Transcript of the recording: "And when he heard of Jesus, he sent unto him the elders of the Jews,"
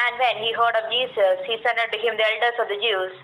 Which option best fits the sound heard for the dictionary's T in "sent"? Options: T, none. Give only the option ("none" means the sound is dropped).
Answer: none